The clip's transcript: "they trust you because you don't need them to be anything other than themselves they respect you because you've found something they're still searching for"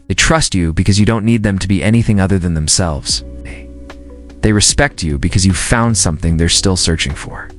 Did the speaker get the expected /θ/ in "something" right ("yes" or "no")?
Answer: yes